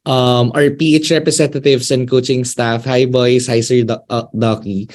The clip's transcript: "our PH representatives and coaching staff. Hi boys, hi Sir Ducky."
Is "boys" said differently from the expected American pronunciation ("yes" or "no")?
yes